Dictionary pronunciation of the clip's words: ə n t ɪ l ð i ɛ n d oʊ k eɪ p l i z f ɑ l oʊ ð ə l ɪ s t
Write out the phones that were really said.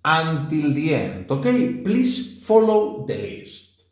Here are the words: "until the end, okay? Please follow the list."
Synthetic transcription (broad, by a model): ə n t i l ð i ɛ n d oʊ k eɪ p l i s f ɑ l oʊ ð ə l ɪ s t